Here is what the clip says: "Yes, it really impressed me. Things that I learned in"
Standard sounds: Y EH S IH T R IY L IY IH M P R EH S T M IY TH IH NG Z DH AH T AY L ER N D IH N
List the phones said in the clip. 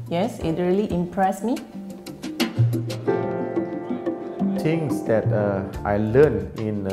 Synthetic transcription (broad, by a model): Y EH S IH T R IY L IY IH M P R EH S M IY T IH NG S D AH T AY L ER N IH N